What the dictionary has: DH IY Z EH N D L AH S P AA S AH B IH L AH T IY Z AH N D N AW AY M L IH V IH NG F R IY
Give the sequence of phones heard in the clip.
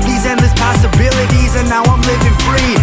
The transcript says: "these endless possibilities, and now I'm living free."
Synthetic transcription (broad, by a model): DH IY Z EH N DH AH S P AA S AH B IH L AH T IY Z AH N N AW AY M L IH V IH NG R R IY